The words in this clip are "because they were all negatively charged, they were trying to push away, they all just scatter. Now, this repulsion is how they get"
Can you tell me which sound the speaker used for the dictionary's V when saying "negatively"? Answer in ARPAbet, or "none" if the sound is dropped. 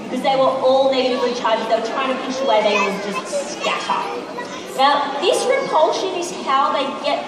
V